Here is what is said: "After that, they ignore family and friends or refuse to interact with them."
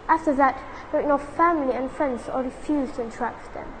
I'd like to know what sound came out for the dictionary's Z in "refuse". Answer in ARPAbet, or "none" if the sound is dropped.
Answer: Z